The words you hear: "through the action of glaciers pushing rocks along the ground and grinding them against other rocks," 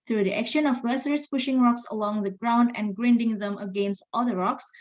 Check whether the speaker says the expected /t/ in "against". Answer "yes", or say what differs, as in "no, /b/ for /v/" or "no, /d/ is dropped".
yes